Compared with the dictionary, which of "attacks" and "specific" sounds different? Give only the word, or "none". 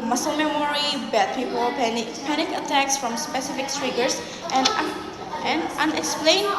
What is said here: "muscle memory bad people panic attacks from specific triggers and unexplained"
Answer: none